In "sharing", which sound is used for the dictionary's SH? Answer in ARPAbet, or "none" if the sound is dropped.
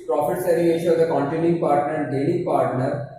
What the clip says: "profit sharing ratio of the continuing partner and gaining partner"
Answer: S